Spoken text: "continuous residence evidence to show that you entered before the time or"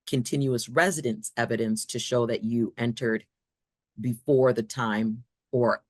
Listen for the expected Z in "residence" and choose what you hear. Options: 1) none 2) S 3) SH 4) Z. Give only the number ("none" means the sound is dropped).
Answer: 4